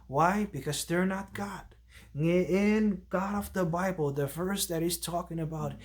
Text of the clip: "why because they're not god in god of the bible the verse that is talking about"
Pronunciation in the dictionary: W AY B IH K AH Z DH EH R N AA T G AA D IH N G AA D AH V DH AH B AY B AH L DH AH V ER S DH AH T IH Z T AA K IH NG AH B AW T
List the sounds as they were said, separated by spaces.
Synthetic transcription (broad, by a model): W AY B IH K AH Z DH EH R N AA T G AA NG IH N G AA D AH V DH AH B AY B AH L DH AH F ER S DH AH T IH Z T AA K IH NG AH B AW T